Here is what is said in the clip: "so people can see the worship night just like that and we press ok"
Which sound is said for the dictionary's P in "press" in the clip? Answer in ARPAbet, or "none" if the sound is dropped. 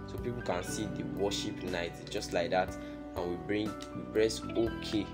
B